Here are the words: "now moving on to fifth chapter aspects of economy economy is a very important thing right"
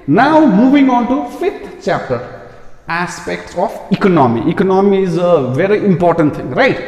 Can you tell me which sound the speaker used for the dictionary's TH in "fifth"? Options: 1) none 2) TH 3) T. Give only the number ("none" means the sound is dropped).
3